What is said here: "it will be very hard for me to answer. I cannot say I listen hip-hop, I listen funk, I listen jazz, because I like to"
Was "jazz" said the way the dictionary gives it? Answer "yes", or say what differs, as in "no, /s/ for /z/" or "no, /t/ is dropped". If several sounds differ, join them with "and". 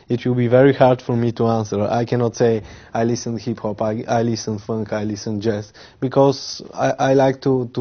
no, /s/ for /z/